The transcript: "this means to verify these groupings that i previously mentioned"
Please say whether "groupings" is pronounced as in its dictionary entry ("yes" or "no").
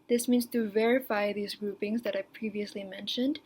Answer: yes